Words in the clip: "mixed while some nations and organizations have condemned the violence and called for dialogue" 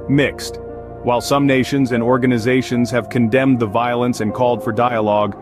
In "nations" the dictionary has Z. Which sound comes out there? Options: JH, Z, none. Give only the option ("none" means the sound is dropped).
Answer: Z